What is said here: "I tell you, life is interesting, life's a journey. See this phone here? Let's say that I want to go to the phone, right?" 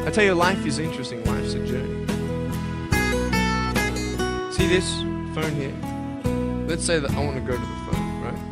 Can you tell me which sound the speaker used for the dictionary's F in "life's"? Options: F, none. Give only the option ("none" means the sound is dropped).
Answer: none